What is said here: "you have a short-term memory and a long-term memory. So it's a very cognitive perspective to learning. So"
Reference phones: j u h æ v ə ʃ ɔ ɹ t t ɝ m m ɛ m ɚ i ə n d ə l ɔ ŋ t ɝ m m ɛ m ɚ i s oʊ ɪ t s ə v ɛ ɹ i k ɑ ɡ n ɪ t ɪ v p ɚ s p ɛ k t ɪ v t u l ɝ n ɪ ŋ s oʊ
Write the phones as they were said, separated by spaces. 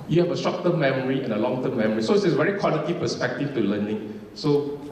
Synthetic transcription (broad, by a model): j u h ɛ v ə s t ɹ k t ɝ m m ɛ m ɚ i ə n ə l ɔ ŋ t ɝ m m ɛ m ɚ i s oʊ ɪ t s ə v ɛ ɹ i k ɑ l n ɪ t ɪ p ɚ s p ɛ k t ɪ f t u l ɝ n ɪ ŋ s oʊ